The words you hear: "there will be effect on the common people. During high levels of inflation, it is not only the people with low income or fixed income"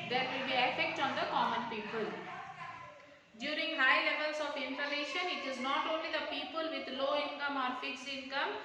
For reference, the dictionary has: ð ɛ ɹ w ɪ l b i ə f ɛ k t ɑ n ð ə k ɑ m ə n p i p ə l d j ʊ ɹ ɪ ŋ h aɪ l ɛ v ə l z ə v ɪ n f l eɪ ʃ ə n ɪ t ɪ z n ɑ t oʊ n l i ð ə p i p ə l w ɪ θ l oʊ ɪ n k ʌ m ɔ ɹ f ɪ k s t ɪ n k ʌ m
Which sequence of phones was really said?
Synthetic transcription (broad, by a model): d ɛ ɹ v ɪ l b i ə f ɛ k t ɑ n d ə k ɑ m ə n p i p ə l d j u ɹ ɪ ŋ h aɪ l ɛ v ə l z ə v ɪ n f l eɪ ʃ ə n ɪ t ɪ z n ɑ t oʊ n l i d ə p i p ə l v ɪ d l oʊ ɪ n k ʌ m ɔ ɹ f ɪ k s ɪ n k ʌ m